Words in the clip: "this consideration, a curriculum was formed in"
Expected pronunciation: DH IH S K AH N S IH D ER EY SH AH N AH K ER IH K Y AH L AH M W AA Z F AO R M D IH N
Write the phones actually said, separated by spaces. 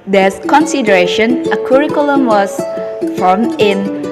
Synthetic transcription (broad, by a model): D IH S K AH N S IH D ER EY SH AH N AH K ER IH K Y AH L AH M W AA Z F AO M IH N